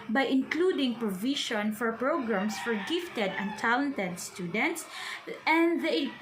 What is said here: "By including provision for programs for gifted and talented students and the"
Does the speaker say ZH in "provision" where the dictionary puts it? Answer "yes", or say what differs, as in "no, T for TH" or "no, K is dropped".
no, SH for ZH